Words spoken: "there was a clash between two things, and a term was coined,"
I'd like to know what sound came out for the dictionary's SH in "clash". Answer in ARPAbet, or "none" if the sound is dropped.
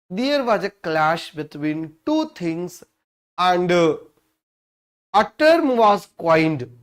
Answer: SH